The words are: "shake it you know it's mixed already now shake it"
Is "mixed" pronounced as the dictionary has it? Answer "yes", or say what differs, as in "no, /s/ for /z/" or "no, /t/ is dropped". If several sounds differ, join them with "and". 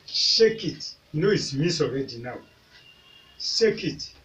no, /k/ is dropped and /t/ is dropped